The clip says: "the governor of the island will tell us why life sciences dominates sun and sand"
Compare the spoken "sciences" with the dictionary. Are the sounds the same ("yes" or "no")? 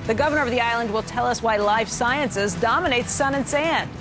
yes